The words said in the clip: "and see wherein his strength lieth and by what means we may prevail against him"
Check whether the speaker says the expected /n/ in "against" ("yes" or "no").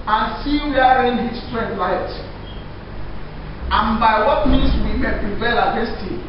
no